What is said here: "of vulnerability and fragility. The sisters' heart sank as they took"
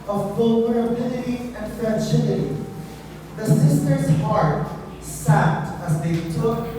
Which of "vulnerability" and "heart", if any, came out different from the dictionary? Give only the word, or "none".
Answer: vulnerability